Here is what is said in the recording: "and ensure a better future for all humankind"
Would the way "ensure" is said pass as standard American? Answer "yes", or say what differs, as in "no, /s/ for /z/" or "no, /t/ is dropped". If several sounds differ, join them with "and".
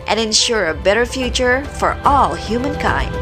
yes